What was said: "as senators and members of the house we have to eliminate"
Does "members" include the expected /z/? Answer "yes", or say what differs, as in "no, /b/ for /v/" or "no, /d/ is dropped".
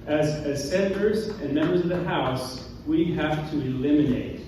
yes